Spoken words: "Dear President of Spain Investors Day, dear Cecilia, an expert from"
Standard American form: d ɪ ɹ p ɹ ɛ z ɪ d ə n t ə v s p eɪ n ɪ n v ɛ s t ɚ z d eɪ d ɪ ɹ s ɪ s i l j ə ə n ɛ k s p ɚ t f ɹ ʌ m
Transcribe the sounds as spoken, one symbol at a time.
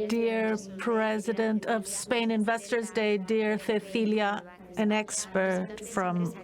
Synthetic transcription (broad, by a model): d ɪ ɹ p ɹ ɛ z ɪ d ə n t ə v s p eɪ n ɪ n v ɛ s t ɚ z d eɪ d ɪ ɹ θ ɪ θ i l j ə ə n ɛ k s p ɚ t f ɹ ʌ m